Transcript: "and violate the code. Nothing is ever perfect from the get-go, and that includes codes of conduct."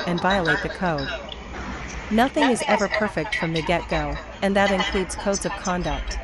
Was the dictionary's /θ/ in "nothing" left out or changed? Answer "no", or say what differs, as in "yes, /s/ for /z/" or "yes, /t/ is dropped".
no